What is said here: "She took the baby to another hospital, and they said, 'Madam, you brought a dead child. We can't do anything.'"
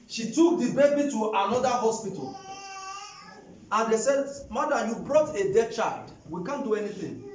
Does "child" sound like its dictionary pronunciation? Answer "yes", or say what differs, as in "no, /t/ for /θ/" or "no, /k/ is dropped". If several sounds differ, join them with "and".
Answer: yes